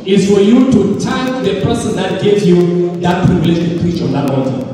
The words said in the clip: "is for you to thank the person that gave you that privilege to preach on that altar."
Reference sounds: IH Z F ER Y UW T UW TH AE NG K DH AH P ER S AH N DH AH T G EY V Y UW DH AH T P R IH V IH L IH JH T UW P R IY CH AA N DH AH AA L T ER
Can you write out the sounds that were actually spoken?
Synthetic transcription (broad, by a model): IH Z F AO Y UW T UW T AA K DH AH P ER S AH N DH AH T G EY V Y UW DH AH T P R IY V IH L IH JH T UW P R IY CH AA N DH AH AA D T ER